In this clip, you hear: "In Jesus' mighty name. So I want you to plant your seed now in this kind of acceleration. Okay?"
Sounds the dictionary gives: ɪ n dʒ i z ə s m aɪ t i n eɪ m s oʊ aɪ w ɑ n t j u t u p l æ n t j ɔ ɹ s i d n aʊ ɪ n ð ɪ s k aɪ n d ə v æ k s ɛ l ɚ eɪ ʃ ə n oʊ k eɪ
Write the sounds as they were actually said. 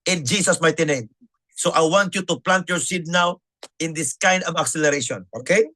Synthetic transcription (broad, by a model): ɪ n dʒ i s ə s m aɪ t i n eɪ m s oʊ aɪ w ɑ n t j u t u p l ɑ n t j ɔ ɹ s i d n aʊ ɪ n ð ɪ s k aɪ n d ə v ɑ k s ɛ l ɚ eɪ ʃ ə n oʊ k eɪ